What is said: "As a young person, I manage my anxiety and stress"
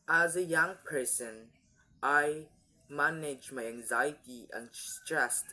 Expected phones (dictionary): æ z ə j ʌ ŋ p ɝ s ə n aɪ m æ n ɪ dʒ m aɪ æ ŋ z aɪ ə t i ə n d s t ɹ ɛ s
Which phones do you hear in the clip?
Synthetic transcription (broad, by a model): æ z ə j ʌ ŋ p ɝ s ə n aɪ m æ n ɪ dʒ m aɪ æ ŋ z aɪ ə t i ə n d s t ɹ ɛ s